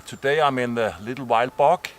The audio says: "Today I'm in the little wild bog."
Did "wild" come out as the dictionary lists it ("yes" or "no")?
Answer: yes